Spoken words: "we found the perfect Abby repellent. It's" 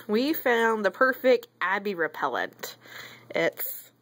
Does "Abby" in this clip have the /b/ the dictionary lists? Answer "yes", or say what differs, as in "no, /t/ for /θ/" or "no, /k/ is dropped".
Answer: yes